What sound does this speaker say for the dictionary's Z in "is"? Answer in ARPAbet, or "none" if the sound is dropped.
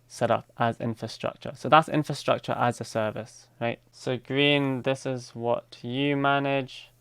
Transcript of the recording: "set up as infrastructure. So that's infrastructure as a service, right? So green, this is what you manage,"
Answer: Z